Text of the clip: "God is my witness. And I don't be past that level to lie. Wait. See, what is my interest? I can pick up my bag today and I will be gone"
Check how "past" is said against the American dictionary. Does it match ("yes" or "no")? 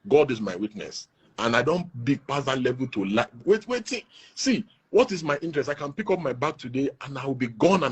no